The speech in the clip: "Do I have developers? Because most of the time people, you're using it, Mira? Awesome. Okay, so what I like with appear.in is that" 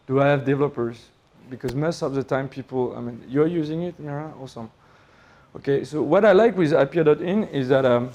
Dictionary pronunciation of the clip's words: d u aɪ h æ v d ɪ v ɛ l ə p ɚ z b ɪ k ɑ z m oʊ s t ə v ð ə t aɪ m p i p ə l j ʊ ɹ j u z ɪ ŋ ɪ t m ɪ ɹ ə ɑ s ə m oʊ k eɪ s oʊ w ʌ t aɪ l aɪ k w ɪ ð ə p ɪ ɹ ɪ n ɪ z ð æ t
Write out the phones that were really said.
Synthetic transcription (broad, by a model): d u aɪ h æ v d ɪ v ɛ l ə p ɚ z b ɪ k ɑ z m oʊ s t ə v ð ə t aɪ m p i p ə n j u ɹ j u z ɪ ŋ ɪ t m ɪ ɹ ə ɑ s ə m oʊ k eɪ s oʊ w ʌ t aɪ l aɪ k w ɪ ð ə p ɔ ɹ ɪ n ɪ z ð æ t